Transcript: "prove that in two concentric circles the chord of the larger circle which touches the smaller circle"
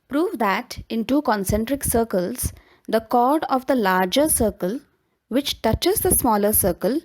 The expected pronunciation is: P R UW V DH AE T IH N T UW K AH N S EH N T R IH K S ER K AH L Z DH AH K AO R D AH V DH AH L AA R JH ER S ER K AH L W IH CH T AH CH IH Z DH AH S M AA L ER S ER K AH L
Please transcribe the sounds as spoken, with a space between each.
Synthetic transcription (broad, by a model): P R UW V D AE T IH N T UW K AH N S EH N T R IH K S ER K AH L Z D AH K AO R D AH V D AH L AA R JH ER S ER K AH L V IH CH T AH CH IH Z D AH S M AA L ER S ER K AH L